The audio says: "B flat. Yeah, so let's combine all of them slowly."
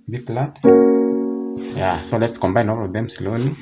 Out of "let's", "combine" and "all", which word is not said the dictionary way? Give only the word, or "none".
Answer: none